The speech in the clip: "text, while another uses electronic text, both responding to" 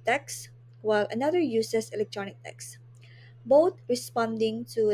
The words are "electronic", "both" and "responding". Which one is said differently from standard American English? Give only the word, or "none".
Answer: both